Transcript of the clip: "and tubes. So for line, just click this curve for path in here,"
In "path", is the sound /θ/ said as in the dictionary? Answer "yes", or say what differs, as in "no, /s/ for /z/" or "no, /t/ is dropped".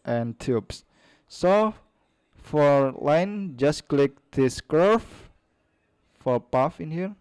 no, /f/ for /θ/